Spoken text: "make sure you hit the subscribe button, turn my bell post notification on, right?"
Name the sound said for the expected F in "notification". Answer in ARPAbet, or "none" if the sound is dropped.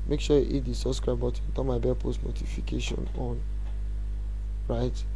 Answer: F